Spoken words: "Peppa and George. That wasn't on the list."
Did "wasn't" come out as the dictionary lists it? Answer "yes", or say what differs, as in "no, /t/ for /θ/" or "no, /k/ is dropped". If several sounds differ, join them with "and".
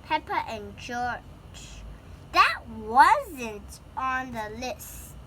yes